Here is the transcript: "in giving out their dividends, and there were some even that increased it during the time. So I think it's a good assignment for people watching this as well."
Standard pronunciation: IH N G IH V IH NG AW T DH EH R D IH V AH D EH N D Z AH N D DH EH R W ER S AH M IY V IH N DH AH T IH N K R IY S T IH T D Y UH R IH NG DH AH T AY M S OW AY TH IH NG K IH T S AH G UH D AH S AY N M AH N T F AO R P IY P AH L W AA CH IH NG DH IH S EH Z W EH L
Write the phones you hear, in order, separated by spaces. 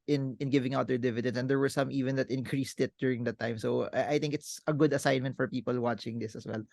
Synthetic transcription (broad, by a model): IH N G IH V IH NG AW T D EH R D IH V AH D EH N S AH N D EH R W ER S AH M IY V IH N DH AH T IH N K R IY S T IH T D Y UH R IH NG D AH T AY M S OW AY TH IH NG K IH T S AH G UH D AH S AY N M AH N T F AO R P IY P AH L W AA CH IH NG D IH S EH S W EH L